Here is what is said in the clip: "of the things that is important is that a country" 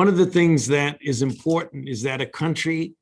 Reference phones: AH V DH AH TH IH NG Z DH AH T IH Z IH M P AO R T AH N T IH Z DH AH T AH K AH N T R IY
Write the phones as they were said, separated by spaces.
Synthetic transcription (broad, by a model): AH V DH AH TH IH NG Z DH AH T IH Z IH M P AO R T N T IH Z DH AH T AH K AH N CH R IY